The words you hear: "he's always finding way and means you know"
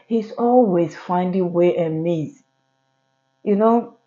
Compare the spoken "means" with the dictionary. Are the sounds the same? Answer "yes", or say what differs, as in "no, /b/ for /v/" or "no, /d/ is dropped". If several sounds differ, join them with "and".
no, /n/ is dropped